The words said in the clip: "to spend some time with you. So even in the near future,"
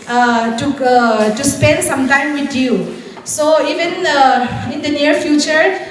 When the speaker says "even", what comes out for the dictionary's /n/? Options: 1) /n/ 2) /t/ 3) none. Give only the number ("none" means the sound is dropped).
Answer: 1